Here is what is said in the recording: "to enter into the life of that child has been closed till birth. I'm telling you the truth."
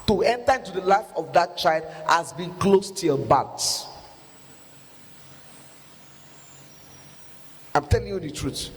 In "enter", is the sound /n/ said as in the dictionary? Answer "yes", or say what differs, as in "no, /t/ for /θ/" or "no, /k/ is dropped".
yes